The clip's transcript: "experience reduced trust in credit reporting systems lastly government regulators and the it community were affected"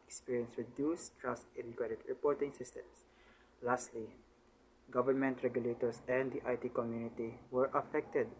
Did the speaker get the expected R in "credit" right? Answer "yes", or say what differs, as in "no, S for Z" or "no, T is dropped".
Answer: no, R is dropped